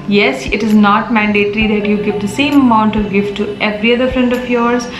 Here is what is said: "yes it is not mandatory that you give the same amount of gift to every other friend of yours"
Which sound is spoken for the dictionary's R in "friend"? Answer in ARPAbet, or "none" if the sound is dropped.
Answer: R